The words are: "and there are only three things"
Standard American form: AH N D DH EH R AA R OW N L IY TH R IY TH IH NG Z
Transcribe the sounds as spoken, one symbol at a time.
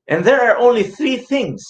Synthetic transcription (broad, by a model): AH N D DH EH R AA R OW N L IY TH R IY TH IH NG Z